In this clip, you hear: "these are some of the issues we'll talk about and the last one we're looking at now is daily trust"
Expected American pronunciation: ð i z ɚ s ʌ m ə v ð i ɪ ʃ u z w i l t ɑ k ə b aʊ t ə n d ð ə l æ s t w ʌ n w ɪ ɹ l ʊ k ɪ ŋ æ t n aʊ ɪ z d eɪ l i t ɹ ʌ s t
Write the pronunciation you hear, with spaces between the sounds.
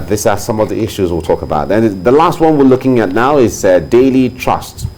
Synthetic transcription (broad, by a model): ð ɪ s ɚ s ʌ m ə v ð i ɪ ʃ u z w i l t ɑ k ə b aʊ t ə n ð ə l æ s t w ʌ n w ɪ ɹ l ʊ k ɪ ŋ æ t n aʊ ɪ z d eɪ l i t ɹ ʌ s t